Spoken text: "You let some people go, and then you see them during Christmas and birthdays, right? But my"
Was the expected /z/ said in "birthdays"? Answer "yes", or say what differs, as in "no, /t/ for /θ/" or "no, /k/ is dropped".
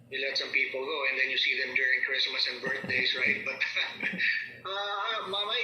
no, /s/ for /z/